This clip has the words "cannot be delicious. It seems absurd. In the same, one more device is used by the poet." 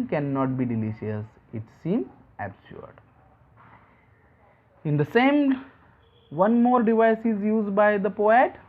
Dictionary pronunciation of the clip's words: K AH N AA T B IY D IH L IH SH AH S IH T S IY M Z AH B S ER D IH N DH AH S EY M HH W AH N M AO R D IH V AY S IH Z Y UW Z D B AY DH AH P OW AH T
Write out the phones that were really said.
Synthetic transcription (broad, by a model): K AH N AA T B IY D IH L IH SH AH S IH T S IY M AH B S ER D IH N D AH S EY M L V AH N M AO R D IH V AY S IH Z Y UW Z D B AY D AH P OW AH T